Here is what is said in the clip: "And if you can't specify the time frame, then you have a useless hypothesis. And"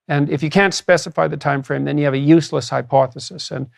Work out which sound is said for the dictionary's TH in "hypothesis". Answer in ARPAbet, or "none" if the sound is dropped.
TH